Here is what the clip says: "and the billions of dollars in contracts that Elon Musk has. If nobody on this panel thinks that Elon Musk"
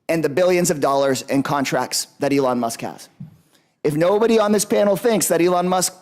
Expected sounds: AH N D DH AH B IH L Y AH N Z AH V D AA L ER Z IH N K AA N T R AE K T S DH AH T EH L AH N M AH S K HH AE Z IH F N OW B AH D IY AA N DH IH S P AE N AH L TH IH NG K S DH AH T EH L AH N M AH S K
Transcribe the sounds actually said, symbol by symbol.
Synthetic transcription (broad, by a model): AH N DH AH B IH L Y AH N Z AH V D AA L ER Z IH N K AA N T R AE K T S DH AH T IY L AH N M AH S K HH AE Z IH F N OW B AH D IY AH N DH IH S P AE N L TH IH NG K S DH AH T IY L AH N M AH S K